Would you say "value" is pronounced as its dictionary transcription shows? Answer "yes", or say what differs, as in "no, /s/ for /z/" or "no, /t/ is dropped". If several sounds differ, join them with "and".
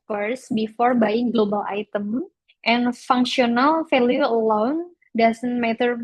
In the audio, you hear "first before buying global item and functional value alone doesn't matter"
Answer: no, /f/ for /v/